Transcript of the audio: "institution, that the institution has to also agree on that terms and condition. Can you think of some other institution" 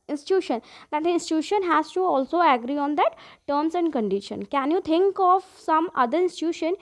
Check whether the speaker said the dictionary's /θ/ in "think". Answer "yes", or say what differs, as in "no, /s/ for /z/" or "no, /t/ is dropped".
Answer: no, /t/ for /θ/